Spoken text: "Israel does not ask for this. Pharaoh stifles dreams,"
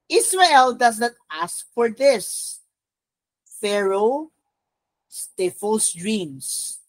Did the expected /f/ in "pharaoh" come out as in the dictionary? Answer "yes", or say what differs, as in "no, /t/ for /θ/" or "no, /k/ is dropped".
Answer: yes